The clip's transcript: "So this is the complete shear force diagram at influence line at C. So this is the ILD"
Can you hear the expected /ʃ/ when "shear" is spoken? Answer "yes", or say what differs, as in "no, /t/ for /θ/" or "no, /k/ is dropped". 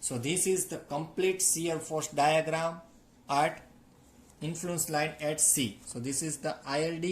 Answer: no, /s/ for /ʃ/